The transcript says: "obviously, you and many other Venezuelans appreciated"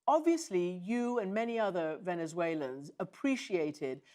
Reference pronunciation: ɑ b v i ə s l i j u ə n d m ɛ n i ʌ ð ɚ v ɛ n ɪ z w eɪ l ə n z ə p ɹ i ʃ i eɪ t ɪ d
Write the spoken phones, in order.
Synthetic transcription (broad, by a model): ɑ b v i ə s l i j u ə n m ɛ n i ʌ ð ɚ v ɛ n ɪ z w eɪ l ə n z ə p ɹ i ʃ i eɪ t ɪ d